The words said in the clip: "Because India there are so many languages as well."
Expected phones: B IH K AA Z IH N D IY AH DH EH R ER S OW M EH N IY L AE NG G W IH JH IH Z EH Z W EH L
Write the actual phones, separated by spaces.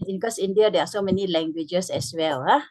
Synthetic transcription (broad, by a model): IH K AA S IH N D IY AH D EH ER S OW M EH N IY L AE NG G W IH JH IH S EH S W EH L